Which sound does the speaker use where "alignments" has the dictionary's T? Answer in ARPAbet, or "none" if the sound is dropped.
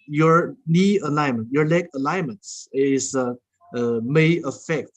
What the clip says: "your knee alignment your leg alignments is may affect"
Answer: S